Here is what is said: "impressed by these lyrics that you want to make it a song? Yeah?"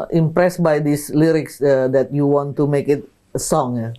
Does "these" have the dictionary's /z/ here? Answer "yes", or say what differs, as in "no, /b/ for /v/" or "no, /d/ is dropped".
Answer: no, /s/ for /z/